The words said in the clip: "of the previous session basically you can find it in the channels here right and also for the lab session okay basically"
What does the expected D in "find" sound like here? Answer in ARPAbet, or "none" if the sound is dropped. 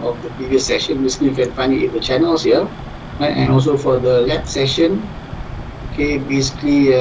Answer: none